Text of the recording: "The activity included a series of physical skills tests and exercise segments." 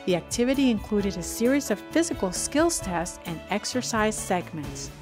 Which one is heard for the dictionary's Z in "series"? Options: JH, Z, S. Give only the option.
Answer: Z